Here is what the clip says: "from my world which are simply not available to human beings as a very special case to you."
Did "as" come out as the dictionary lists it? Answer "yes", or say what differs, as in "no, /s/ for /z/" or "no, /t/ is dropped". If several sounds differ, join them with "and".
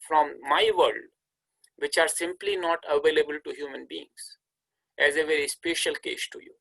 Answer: yes